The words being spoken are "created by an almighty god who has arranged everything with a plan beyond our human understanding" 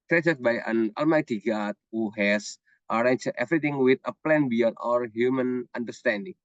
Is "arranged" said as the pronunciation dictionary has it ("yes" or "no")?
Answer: no